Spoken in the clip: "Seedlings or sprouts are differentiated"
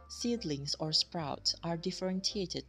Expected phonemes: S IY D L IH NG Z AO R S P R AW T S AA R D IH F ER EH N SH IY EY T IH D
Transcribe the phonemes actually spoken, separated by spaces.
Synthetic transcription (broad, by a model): S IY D L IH NG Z AO R S P R AW T S AA R D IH F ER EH N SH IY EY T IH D